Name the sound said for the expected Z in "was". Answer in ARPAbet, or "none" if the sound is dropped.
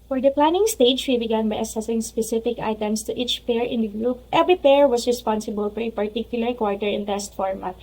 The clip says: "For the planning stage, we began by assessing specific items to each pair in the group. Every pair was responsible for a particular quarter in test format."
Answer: S